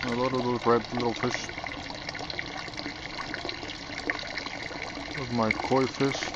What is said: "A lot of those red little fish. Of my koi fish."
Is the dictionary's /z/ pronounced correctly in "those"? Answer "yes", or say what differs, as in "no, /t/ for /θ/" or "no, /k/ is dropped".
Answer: no, /z/ is dropped